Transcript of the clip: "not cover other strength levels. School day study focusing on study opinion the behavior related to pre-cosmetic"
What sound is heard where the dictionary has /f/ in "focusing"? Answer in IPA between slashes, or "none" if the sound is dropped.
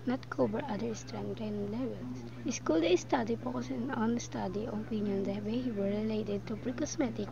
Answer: /p/